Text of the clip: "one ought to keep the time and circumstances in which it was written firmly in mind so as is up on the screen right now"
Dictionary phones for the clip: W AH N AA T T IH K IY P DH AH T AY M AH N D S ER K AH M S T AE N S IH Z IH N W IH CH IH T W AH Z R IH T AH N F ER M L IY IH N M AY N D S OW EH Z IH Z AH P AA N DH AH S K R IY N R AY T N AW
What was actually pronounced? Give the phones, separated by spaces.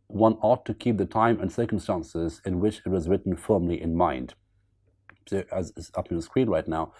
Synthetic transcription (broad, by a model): W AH N AA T T IH K IY P DH AH T AY M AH N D S ER K AH M S T AE N S IH Z IH N W IH CH IH T W AH Z R IH T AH N F ER M L IY IH N M AY N D S OW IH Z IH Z AH P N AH S K R IY N R AY T N AW